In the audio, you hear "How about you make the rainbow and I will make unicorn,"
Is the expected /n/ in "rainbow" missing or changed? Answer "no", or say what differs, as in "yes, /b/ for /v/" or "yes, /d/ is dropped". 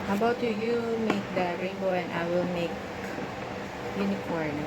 yes, /n/ is dropped